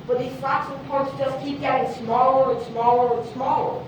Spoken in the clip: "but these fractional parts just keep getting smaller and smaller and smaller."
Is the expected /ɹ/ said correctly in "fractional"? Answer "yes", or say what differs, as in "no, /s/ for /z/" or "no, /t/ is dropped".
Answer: no, /l/ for /ɹ/